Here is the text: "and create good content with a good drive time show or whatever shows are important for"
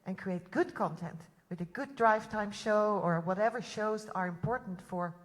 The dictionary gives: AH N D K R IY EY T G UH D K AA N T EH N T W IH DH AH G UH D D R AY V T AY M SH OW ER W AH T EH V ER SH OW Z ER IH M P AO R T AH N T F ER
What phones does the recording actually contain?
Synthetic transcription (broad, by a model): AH N K R IY EY T G UH D K AA N T EH N T W IH DH AH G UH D D R AY V T AY M SH OW ER W AH T EH V ER SH OW Z ER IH M P AO R T N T F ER